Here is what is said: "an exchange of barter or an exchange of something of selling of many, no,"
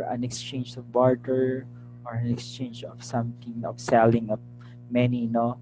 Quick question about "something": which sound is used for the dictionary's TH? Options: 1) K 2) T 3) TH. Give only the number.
2